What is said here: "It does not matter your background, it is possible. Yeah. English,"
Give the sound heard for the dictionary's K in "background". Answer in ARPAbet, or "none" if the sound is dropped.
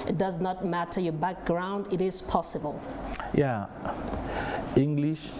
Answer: K